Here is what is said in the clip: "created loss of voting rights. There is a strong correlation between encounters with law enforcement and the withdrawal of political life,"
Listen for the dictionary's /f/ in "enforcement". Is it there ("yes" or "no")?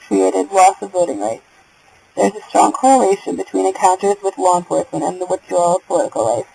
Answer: no